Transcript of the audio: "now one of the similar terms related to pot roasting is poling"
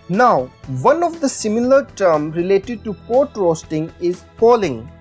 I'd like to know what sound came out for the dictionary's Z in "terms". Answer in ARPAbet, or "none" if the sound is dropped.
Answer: none